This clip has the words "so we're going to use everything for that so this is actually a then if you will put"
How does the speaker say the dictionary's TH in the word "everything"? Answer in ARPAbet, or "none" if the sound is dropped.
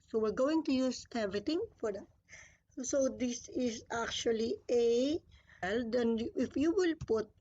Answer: T